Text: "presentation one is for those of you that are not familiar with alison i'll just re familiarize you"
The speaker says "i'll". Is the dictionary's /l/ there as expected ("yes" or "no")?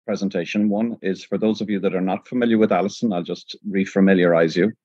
yes